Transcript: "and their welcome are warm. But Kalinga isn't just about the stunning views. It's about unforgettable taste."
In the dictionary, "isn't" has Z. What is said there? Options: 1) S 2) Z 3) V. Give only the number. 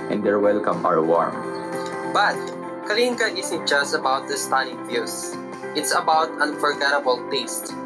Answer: 1